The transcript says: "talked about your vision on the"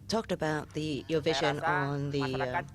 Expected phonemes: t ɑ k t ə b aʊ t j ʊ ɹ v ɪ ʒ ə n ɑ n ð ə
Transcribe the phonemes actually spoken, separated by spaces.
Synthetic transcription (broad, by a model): t ɑ k t ə b aʊ t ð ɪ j v ɪ ʒ ə n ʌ n ð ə